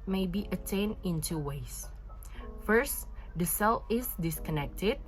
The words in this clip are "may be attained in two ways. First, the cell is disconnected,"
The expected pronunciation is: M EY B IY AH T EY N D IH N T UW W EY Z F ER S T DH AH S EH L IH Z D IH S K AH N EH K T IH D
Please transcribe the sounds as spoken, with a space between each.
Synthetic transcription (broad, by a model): M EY B IY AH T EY N IH N T UW W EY S F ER S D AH S EH L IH S D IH S K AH N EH K T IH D